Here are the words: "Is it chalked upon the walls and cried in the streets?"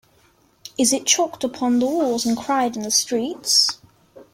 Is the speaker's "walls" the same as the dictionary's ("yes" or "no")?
no